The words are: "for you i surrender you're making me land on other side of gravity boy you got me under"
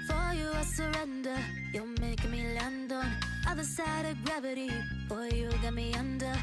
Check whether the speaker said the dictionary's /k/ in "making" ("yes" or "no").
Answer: no